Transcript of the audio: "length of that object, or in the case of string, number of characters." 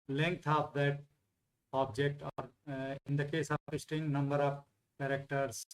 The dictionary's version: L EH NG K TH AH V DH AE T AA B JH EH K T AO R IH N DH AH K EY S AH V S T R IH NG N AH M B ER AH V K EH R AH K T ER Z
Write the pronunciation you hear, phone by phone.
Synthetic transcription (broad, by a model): L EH NG K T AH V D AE T AA B JH EH K T AO R IH N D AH K EY S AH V S T IH NG N AH M B ER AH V K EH R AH K T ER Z